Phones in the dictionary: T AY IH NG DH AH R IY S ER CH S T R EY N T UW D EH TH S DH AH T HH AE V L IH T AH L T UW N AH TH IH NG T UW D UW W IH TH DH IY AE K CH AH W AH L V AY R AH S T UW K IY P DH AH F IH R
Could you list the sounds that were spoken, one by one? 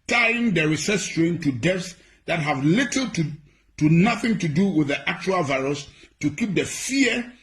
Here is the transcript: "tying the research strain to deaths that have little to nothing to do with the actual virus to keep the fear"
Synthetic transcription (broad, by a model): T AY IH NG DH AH R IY S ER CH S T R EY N T UW D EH F S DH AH T HH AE V L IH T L T UW N AH TH IH NG T UW D UW W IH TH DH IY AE K CH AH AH L V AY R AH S T UW K IY P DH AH F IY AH